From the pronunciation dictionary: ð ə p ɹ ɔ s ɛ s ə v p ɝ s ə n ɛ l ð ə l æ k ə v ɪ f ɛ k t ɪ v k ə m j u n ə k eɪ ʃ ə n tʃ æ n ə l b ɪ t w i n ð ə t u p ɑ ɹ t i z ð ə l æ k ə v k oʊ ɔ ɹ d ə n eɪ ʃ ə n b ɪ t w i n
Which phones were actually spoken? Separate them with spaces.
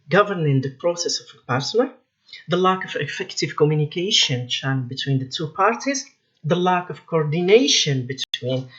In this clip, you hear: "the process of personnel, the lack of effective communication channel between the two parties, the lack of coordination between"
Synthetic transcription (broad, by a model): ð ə p ɹ ɔ s ɛ s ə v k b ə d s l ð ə l æ k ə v ɪ f ɛ k t ɪ v k ə m j u n ə k eɪ ʃ ə n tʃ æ ə n b ɪ t w i n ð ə t u p ɑ ɹ t i z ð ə l æ k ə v k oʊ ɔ ɹ d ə n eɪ ʃ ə n b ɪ t w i n